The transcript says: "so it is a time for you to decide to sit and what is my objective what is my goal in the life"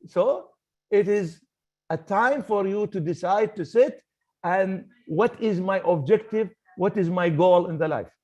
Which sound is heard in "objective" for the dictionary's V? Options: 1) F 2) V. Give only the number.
2